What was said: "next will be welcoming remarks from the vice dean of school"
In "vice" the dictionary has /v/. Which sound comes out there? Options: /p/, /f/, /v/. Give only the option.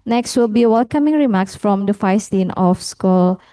/f/